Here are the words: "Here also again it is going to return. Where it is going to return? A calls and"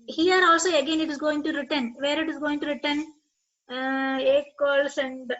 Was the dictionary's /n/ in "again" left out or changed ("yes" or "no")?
no